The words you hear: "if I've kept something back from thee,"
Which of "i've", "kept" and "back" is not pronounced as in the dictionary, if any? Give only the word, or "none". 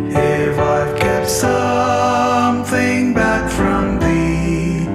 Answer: kept